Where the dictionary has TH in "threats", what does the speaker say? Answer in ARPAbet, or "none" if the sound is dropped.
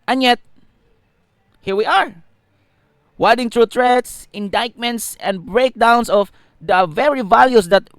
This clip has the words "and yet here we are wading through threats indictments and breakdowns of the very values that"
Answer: T